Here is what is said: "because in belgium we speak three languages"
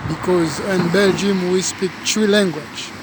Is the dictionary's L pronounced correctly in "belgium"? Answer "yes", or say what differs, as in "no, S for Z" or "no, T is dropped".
yes